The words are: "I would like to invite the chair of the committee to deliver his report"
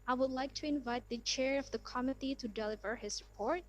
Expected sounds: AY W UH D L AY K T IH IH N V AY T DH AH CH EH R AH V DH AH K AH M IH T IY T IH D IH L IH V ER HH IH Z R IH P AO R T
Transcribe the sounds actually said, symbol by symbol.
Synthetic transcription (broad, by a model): AY W UH D L AY K T IH IH N V AY T DH AH CH EH R AH V DH AH K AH M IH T IY T IH D IH L IH V ER HH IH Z R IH P AO R T